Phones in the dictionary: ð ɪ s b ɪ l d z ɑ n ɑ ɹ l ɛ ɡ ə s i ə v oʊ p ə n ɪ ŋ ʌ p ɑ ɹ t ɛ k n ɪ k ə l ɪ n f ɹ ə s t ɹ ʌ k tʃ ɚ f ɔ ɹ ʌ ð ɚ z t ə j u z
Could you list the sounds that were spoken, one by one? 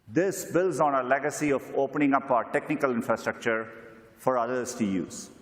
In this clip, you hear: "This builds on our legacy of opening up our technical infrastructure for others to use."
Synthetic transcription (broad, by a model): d ɪ s b ɪ l d z ɑ n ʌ l ɛ ɡ ə s i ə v oʊ p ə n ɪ ŋ ʌ p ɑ t ɛ k n ɪ k ə l ɪ n f ɹ ə s t ɹ ʌ k tʃ ɚ f ɔ ɹ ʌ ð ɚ s t ə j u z